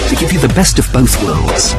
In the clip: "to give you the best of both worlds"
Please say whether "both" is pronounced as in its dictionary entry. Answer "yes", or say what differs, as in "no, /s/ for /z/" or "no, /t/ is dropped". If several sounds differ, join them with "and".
yes